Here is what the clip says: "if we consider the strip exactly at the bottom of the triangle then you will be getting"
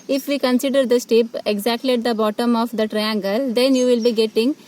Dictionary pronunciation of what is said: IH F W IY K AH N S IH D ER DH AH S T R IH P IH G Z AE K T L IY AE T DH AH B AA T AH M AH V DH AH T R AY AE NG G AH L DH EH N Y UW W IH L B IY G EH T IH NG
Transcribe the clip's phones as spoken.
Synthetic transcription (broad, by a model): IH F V IY K AH N S IH D ER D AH S T IH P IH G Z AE K T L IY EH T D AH B AA T AH M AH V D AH T R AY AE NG G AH L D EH N Y UW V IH L B IY G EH T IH NG